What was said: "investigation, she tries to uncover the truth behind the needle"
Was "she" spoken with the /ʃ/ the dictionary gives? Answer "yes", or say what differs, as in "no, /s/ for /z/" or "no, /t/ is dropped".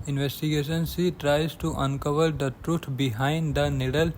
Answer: no, /s/ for /ʃ/